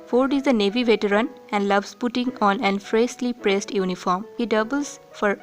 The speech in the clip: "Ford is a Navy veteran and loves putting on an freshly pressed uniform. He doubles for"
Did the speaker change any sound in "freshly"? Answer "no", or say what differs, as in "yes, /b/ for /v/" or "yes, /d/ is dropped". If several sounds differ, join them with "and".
yes, /s/ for /ʃ/